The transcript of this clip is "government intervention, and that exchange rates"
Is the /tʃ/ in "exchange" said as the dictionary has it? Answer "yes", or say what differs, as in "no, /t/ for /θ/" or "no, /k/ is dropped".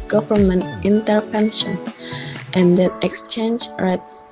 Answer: yes